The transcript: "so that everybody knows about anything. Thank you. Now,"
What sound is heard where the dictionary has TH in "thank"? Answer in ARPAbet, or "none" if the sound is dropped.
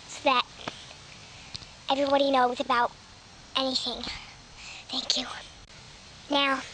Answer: TH